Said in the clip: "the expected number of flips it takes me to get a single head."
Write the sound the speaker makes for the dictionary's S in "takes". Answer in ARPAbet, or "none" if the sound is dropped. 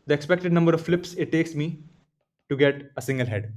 S